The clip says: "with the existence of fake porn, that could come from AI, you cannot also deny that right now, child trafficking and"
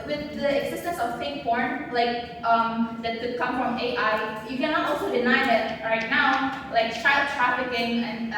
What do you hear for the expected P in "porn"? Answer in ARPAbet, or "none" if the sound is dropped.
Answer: B